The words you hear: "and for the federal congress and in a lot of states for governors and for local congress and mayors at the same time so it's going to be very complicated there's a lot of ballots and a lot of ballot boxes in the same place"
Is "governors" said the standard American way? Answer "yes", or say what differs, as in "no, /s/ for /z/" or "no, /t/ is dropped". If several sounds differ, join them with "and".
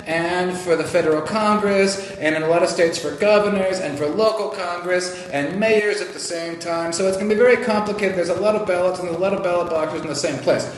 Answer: yes